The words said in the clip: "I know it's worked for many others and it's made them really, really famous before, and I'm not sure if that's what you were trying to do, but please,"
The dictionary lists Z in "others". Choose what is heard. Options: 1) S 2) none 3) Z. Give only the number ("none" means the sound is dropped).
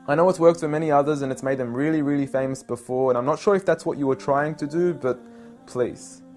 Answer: 3